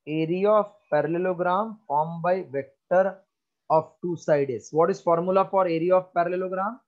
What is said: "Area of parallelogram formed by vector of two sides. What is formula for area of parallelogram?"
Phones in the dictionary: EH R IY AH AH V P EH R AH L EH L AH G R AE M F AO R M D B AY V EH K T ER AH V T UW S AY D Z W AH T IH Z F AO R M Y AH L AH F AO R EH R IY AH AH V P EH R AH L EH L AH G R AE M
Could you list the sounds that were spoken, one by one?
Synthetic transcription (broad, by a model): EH R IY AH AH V P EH R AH L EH L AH G R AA M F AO R M B AY V EH K T ER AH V T UW S AY D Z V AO T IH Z F AO R M Y AH L AH F AO R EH R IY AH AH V P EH R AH L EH L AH G R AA M